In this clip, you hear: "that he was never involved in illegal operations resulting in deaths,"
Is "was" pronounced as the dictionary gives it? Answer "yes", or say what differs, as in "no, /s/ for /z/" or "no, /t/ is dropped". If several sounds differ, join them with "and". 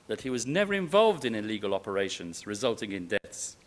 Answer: yes